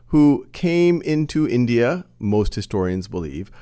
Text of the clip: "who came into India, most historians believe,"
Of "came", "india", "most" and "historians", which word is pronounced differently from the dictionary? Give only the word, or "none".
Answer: none